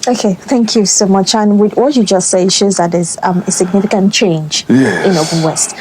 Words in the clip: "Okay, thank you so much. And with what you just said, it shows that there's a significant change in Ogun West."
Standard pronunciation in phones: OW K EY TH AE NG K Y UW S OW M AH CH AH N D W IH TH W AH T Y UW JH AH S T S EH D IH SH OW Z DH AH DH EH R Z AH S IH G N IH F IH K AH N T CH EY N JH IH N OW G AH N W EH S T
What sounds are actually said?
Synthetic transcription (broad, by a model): OW K EY TH AE NG K Y UW S OW M AH CH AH N W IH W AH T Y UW JH AH S T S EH IH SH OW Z DH AH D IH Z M AH S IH G N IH F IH K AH N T CH EY N JH IH N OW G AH L W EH S T